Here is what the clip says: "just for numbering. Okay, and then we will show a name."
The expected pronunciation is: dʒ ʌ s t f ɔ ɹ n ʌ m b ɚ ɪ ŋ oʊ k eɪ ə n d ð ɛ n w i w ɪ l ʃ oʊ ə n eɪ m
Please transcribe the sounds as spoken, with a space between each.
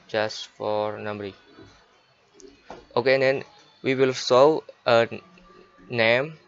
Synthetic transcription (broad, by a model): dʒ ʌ s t f ɔ ɹ n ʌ m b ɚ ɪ oʊ k eɪ ə n d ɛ n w i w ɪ l s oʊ ə n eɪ m